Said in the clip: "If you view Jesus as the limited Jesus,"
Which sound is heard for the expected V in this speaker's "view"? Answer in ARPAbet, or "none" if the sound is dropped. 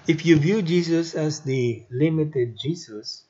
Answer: V